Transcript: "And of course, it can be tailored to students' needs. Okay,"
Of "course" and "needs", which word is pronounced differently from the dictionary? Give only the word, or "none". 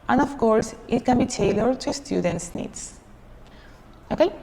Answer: needs